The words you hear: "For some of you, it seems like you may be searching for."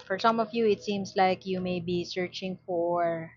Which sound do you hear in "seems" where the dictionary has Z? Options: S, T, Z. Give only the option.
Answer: S